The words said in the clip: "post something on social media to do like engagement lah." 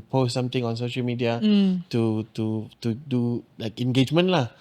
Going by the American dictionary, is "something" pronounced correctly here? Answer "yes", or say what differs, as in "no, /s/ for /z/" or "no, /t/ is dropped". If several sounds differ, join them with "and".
no, /t/ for /θ/